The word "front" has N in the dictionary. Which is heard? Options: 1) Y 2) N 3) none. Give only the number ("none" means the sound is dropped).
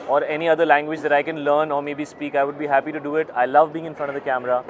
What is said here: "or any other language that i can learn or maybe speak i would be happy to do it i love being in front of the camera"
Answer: 3